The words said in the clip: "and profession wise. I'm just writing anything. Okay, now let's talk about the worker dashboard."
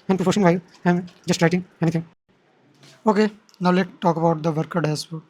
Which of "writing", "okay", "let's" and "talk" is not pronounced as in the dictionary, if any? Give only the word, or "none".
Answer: let's